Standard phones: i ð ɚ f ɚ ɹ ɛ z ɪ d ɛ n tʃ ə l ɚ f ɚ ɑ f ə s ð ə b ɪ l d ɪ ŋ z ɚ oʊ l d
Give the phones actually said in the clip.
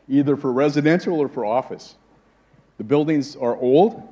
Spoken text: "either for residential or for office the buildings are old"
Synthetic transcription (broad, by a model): i ð ɚ f ɚ ɹ ɛ z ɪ d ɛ n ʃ l ɚ f ɚ ɑ f ə s ð ə b ɪ l d ɪ ŋ z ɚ oʊ l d